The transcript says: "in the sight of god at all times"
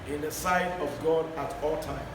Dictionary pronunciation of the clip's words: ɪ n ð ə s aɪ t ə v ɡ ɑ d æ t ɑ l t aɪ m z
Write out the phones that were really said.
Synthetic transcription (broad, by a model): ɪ n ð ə s aɪ t ə v ɡ ɑ d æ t ɑ l t aɪ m